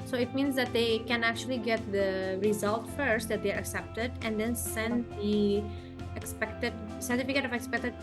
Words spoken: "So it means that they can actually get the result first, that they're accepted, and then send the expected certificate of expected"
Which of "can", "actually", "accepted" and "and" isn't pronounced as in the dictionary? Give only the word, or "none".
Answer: none